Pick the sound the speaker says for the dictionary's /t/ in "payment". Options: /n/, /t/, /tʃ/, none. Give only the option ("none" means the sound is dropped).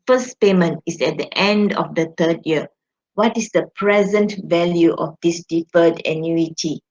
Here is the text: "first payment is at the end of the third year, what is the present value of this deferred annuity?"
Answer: /t/